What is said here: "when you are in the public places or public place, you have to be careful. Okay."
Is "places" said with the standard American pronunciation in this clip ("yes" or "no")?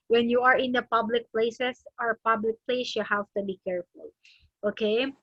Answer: no